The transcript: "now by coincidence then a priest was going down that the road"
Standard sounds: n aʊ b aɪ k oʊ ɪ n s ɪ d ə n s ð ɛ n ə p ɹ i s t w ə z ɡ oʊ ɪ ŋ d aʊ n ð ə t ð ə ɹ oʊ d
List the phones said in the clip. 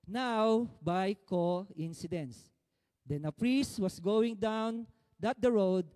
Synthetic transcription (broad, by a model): n aʊ b aɪ k oʊ ɪ n s ɪ d ə n s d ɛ n ə p ɹ i s t w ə s ɡ oʊ ɪ ŋ d aʊ n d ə t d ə ɹ oʊ d